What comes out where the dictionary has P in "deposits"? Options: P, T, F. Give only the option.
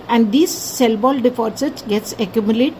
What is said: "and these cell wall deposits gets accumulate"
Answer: F